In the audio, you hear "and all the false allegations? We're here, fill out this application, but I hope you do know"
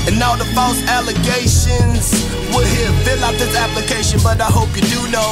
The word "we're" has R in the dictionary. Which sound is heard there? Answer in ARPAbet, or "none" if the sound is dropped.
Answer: L